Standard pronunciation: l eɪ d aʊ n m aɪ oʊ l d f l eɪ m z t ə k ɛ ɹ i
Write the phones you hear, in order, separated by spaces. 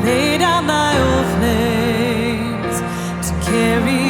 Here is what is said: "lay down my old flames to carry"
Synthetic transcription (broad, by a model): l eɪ d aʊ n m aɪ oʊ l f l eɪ z t ə k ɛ ɹ i